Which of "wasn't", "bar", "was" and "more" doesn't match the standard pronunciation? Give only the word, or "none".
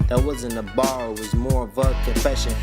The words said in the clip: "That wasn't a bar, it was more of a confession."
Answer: wasn't